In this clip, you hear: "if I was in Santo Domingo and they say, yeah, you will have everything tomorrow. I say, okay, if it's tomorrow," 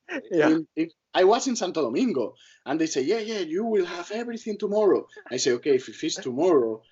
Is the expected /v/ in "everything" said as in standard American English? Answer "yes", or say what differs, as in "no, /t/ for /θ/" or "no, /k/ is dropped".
no, /b/ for /v/